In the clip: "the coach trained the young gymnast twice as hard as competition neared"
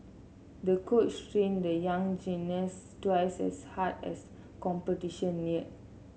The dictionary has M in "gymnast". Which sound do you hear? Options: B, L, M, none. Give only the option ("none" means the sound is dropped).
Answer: none